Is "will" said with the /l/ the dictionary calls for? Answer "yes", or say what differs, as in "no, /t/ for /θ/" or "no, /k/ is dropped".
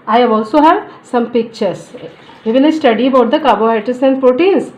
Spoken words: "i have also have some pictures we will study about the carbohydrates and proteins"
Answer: no, /n/ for /l/